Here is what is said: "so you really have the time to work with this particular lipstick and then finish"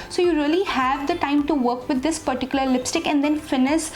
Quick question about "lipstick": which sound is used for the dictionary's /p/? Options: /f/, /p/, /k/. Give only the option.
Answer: /p/